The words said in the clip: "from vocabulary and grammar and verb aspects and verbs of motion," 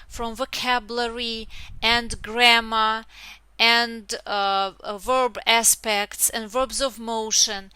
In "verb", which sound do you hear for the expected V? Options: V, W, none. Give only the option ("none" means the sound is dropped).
V